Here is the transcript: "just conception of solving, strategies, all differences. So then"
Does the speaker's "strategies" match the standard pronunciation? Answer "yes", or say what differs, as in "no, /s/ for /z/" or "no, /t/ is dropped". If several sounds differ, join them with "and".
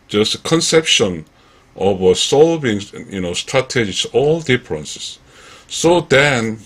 no, /s/ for /z/